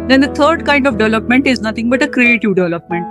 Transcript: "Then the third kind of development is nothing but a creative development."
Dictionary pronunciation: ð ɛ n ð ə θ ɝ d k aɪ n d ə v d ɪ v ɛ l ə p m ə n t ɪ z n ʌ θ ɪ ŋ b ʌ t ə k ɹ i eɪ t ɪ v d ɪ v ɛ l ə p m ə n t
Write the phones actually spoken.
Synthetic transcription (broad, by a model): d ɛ n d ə t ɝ d k aɪ n d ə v d ɪ v ɛ l ə p m ə n t ɪ z n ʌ t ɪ ŋ b ʌ t ə k ɹ i eɪ t ɪ v d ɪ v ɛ l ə p m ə n t